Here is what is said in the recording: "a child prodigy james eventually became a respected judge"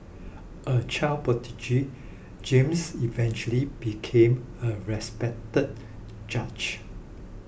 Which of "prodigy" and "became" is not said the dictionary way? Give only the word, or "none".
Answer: prodigy